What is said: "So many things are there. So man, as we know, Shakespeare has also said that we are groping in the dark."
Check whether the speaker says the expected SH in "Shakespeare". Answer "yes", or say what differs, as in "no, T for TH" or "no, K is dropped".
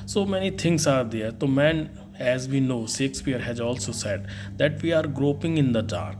no, S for SH